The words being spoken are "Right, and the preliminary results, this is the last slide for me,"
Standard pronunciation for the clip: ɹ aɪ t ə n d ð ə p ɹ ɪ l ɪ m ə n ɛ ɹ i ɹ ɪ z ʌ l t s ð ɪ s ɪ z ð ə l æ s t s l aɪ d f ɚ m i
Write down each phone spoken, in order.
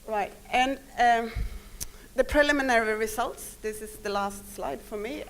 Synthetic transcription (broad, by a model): ɹ aɪ t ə n ð ə p ɹ ɪ l ɪ m ə n ɛ ɹ i ɹ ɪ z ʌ l t s ð ɪ s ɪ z ð ə l æ s t s l aɪ d f ɚ m i